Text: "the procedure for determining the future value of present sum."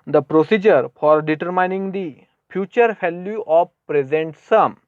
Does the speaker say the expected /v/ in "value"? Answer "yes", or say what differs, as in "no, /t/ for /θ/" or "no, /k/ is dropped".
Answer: no, /f/ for /v/